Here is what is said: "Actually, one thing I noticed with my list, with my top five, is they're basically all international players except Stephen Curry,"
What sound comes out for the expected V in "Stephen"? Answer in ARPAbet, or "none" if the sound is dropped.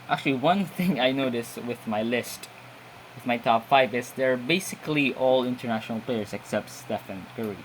F